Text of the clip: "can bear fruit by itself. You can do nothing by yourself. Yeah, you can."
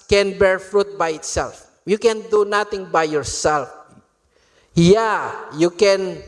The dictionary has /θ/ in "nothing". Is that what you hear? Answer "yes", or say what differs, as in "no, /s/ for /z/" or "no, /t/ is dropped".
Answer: no, /t/ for /θ/